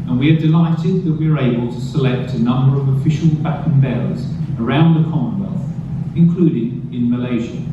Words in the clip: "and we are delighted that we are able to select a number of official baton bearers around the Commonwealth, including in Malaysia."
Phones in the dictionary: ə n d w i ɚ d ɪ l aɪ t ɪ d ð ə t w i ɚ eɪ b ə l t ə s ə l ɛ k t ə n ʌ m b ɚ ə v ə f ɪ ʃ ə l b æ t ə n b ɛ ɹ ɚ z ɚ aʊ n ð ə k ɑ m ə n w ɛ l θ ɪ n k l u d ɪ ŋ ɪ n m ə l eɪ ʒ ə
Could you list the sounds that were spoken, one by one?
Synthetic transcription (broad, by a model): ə n w i ɚ d ɪ l aɪ t ɪ d ð ə t w i ɚ eɪ b ə l t ə s ə l ɛ k t ə n ʌ m b ɚ ə v ə f ɪ ʃ ə l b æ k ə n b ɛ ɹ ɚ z ɚ aʊ n ð ə k ɑ m ə n w ɛ l θ ɪ n k l u d ɪ ŋ ɪ n m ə l eɪ ʒ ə